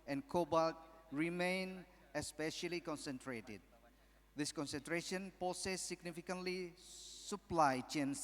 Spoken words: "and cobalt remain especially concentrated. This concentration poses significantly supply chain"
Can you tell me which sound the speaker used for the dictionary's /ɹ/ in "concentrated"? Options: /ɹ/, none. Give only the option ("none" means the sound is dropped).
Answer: /ɹ/